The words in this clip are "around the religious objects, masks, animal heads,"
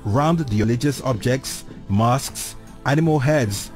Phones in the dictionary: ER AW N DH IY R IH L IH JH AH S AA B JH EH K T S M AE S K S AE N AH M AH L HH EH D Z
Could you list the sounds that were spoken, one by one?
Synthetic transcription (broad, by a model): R AW N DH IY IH L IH JH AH S AA B JH EH K T S M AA S K S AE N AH M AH L HH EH D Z